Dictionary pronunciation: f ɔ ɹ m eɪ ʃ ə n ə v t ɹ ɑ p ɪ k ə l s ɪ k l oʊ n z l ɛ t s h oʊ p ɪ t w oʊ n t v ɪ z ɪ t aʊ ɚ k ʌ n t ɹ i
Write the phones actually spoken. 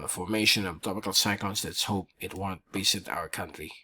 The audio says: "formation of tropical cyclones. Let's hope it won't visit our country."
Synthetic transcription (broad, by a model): f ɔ ɹ m eɪ ʃ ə n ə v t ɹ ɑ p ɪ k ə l s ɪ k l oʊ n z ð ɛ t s h oʊ p ɪ t w oʊ n t b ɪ s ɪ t aʊ ɚ k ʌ n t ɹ i